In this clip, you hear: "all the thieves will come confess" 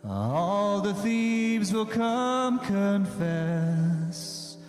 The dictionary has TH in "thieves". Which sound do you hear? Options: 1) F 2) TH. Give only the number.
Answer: 2